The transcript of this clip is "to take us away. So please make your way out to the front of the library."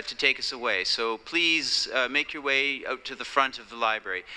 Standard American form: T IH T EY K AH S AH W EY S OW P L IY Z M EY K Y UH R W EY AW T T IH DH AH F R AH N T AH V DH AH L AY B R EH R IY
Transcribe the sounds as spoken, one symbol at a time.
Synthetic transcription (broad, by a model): T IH T EY K AH S AH W EY S OW P L IY Z M EY K Y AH R W EY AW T T IH DH AH F R AH N T AH V DH AH L AY B R EH R IY